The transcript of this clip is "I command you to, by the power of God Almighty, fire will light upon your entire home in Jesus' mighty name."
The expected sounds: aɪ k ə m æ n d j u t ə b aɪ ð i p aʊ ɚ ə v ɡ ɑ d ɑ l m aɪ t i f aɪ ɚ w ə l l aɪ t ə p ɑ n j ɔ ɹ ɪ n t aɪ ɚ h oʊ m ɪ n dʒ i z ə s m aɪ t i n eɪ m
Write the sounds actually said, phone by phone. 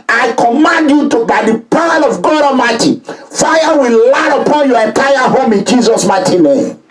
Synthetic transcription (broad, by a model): aɪ k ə m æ n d j u t ə b aɪ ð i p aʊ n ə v ɡ ɑ d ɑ m aɪ t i f aɪ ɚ w ə l l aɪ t ə p ɑ n j ɔ ɹ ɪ n t aɪ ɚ h oʊ m ɪ n dʒ i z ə s m aɪ t i n eɪ m